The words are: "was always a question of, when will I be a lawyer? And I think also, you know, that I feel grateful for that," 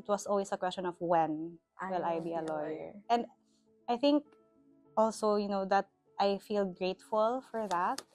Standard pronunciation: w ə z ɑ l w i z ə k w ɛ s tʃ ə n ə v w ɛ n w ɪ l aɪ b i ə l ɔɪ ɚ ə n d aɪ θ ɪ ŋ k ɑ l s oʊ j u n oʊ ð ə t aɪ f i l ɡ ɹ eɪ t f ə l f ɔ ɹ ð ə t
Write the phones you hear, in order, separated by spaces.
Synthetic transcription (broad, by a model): w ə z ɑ l w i s ə k w ɛ s tʃ ə n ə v w ɛ n w ɪ l aɪ b i ə l ɔɪ ɚ ə n d aɪ θ ɪ ŋ k ɑ l s oʊ j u n oʊ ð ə t aɪ f i l ɡ ɹ eɪ t f ə l f ɔ ɹ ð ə t